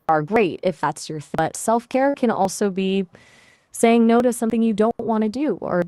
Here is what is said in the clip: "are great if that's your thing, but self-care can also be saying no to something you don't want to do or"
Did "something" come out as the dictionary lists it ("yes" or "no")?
yes